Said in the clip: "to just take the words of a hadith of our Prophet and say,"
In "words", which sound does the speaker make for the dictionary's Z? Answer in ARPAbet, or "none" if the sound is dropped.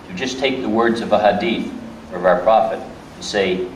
Z